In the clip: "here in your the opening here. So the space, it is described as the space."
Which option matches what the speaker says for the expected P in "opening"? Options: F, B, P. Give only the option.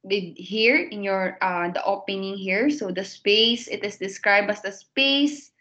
P